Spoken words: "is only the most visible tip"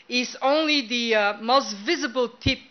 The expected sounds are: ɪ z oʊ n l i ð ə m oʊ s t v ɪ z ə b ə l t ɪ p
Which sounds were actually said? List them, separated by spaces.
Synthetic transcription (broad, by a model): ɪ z oʊ n l i ð ə m oʊ s t v ɪ z ə b ə l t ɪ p